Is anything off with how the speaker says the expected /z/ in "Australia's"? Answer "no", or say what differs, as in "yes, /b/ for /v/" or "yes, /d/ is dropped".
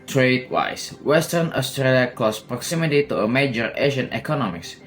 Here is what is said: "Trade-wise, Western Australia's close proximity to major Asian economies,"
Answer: yes, /z/ is dropped